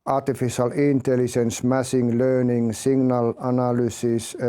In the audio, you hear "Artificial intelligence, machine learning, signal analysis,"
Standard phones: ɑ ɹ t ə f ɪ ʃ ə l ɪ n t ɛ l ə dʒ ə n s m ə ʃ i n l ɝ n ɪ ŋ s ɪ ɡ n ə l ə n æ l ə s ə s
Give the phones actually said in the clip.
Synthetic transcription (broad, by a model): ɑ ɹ t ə f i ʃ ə l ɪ n t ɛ l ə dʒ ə n s m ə s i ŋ l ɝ n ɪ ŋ s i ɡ n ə l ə n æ l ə s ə s